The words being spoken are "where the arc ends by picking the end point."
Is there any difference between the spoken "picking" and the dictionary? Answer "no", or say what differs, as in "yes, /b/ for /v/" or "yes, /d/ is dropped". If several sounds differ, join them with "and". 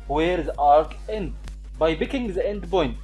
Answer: yes, /b/ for /p/